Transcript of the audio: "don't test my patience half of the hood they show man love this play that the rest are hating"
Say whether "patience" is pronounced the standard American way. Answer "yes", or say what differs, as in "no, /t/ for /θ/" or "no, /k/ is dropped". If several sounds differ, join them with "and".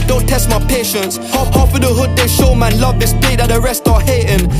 yes